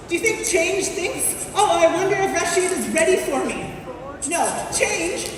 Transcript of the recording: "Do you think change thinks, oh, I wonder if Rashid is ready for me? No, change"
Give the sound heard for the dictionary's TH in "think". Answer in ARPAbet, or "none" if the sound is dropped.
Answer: TH